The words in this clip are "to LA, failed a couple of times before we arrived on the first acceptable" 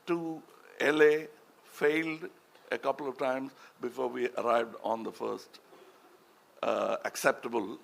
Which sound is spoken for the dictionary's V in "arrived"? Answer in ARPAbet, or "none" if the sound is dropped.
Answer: V